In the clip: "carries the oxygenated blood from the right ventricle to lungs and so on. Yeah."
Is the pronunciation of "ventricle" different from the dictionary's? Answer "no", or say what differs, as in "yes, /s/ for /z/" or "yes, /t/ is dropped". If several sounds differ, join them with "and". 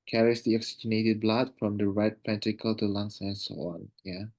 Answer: yes, /p/ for /v/ and /ɹ/ is dropped